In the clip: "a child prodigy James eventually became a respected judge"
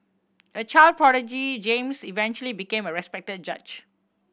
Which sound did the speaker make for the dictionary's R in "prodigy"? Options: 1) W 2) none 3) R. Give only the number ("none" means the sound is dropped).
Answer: 3